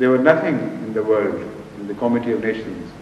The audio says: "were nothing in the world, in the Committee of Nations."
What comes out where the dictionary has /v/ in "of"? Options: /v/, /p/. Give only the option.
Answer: /v/